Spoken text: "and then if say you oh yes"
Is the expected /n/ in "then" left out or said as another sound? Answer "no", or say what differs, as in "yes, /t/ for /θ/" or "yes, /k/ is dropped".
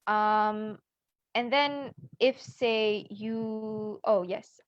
no